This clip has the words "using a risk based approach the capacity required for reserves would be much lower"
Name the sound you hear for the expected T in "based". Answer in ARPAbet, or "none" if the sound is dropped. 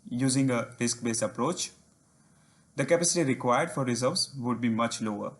none